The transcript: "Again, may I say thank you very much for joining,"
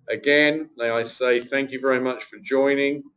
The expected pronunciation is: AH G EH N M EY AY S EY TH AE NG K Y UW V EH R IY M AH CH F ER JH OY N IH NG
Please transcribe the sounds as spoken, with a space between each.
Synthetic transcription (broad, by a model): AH G EH N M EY AY S EY TH AE NG K Y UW V EH R IY M AH CH F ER JH OY N IH NG